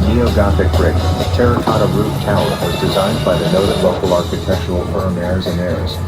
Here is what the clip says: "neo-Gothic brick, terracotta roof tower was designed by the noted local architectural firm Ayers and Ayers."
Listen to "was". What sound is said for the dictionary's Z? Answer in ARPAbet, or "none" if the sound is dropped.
Z